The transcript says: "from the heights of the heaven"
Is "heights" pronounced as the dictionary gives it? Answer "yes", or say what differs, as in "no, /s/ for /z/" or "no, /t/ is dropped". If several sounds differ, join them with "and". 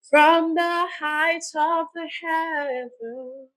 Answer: no, /s/ is dropped